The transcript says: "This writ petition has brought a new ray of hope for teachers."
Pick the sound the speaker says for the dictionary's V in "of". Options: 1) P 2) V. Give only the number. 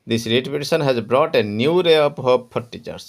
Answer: 1